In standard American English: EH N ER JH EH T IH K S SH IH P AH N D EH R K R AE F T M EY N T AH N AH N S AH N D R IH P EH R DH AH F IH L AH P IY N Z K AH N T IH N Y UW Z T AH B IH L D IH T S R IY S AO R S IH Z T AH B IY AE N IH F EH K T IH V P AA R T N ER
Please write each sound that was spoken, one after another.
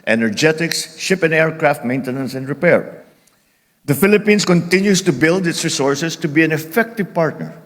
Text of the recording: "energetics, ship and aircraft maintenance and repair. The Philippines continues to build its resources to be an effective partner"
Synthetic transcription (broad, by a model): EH N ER JH EH T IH K S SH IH P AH N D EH R K R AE F T M EY N T AH N AH N S AH N D R IH P EH R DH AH F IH L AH P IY N S K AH N T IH N Y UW S T AH B IH L D IH T S R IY S AO R S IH S T AH B IY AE N IH F EH K T IH V P AA R T N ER